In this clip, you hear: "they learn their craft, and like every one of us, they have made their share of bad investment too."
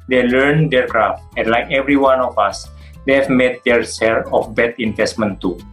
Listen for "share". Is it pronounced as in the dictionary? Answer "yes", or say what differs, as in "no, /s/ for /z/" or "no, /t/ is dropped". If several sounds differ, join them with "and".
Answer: no, /s/ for /ʃ/